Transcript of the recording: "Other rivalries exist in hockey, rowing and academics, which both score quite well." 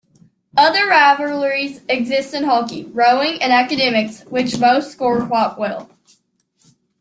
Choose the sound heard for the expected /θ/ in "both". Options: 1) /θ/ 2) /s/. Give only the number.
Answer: 2